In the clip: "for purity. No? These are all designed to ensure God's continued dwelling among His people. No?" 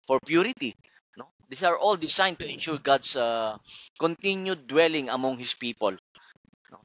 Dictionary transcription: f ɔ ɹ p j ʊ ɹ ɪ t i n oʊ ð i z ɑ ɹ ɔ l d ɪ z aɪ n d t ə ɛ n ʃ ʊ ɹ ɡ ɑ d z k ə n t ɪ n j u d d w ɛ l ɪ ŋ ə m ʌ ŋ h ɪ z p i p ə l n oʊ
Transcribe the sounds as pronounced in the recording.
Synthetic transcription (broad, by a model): f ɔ ɹ p j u ɹ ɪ t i n oʊ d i s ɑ ɹ ɔ l d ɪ s aɪ n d t ə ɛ n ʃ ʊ ɹ ɡ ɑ d s k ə n t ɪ n j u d d w ɛ l ɪ ŋ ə m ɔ ŋ h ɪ s p i p ə l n oʊ